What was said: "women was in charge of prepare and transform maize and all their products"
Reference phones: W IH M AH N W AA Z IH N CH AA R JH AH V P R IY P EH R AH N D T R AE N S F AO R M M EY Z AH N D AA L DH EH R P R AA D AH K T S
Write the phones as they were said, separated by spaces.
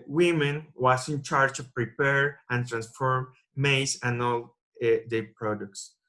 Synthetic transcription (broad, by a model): W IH M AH N W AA S IH N CH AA R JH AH P R IY P EH R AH N T R AE N S F AO R M M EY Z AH N AA L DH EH P R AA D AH K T S